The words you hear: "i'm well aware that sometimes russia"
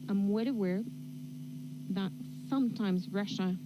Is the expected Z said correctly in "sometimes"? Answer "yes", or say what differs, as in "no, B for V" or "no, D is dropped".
yes